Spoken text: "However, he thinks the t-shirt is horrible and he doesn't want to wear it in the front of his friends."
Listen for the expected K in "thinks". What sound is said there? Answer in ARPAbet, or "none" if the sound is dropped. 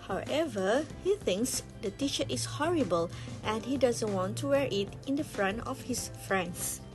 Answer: K